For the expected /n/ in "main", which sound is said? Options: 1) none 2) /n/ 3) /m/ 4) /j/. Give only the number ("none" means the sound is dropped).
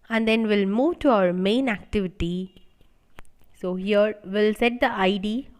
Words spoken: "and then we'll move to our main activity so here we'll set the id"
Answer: 2